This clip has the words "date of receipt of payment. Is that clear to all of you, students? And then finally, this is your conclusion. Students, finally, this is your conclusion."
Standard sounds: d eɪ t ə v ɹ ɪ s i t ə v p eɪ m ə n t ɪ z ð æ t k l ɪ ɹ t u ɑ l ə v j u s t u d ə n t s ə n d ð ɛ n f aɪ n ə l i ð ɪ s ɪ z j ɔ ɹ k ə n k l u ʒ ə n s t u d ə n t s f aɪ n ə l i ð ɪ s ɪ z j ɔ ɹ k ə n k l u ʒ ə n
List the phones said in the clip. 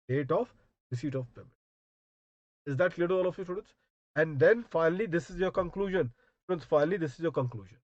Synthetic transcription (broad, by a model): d eɪ t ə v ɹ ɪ s i t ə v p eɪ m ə t ɪ z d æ t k l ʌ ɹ t u ɑ l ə f j u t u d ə n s ə n d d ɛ n f aɪ n ə l i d ɪ s ɪ z j ɔ ɹ k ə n k l u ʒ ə n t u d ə n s f aɪ n ə l i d ɪ s ɪ z j ɔ ɹ k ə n k l u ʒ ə n